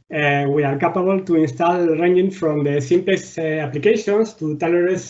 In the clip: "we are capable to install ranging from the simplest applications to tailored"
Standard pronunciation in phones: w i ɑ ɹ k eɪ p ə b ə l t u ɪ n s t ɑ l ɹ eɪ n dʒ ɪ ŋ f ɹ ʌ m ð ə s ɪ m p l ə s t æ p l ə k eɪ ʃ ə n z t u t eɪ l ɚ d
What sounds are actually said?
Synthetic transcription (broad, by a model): w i ɑ ɹ k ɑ p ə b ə l t u ɪ n s t ɑ l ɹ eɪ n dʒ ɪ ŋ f ɹ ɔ m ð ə s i m p l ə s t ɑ p l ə k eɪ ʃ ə n s t u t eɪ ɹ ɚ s